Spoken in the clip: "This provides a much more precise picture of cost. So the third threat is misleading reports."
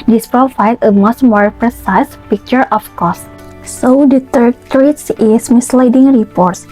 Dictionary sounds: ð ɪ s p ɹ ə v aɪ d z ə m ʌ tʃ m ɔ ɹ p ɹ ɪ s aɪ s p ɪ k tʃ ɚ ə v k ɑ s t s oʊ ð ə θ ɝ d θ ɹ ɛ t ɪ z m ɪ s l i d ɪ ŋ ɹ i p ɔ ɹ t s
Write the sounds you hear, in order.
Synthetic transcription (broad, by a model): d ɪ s p ɹ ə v aɪ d ə m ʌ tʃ m ɔ ɹ p ɹ ɪ s aɪ s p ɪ k tʃ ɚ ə f k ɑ s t s oʊ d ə t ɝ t ɹ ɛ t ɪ s m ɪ s l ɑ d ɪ ŋ ɹ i p ɔ ɹ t s